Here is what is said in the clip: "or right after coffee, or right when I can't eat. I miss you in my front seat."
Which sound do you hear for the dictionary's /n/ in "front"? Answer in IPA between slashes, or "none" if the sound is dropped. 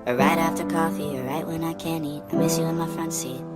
/n/